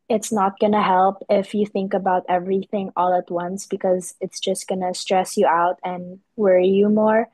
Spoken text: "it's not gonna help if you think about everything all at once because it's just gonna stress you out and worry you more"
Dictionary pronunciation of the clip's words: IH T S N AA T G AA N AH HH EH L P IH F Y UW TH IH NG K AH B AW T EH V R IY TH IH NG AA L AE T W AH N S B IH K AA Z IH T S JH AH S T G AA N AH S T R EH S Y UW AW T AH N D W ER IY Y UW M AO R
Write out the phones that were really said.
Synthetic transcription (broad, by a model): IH T S N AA T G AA N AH HH EH L P IH F Y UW TH IH NG K AH B AW T EH V R IY TH IH NG AA L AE T W AH N S B IH K AA Z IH T S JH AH S T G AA N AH S T R EH S Y UW AW T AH N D W ER IY Y UW M AO R